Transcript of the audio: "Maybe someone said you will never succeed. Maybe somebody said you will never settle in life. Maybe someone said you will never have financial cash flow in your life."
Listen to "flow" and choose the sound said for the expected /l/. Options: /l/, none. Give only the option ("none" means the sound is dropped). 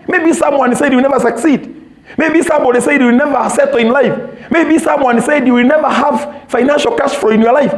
none